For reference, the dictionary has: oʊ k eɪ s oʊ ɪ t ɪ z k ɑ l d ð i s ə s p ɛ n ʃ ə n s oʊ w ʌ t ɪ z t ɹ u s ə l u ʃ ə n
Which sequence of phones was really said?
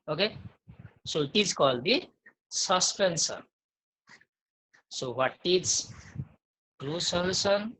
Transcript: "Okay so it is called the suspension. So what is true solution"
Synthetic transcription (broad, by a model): oʊ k eɪ s oʊ t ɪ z k ɑ l d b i s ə s p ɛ n s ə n s oʊ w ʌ t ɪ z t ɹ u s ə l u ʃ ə n